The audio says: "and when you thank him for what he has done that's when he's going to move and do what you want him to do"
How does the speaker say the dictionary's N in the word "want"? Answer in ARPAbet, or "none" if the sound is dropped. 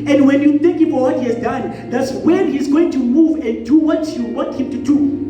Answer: none